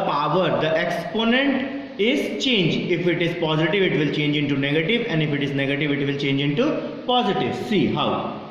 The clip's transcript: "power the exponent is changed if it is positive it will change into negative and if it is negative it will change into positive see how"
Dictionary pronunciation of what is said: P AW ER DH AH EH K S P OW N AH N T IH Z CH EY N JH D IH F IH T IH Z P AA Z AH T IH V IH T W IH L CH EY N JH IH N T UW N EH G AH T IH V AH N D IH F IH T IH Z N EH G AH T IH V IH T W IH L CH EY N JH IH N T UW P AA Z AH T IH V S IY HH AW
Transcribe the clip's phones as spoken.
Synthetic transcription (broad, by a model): P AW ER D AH EH K S P OW N AH N T IH Z CH EY N JH IH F IH T IH Z P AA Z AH T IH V IH T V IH L CH EY N JH IH N T UW N EH G AH T IH V AH N D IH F IH T IH Z N EH G AH T IH V IH T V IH L CH EY N JH IH N T UW P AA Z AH T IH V S IY HH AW